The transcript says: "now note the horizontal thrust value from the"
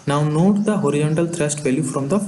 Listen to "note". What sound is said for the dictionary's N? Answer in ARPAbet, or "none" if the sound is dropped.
N